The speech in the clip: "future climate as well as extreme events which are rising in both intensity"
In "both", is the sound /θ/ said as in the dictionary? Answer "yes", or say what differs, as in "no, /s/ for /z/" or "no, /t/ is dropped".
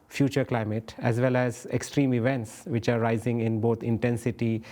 no, /t/ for /θ/